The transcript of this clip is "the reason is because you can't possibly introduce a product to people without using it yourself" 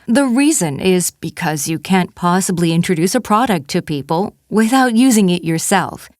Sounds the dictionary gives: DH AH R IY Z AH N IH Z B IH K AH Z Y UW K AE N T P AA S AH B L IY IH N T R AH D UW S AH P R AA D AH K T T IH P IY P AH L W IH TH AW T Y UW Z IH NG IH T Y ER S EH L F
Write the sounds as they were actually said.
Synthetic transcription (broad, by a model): DH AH R IY Z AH N IH Z B IH K AH Z Y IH K AE N P AA S AH B L IY IH N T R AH D UW S AH P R AA D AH K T T IH P IY P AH L W IH TH AW T Y UW Z IH NG IH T Y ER S EH L F